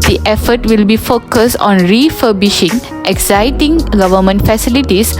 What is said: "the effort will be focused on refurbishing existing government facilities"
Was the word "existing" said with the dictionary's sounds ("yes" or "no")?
no